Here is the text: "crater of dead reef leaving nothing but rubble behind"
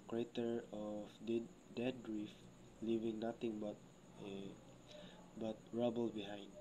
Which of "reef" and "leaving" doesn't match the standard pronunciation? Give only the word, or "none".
none